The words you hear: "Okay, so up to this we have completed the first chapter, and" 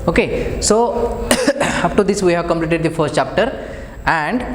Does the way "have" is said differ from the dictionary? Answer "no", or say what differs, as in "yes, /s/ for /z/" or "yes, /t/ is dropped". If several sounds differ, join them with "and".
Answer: no